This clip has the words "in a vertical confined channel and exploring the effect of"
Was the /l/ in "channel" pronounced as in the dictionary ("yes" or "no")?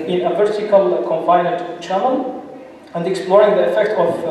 no